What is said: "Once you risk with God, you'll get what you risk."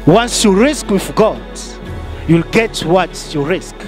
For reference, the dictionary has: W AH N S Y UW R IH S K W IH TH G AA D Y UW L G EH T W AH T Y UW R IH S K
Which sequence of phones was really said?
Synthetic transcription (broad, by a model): W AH N S Y UW R IH S K W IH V G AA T Y UW L G EH T W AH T Y UW R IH S K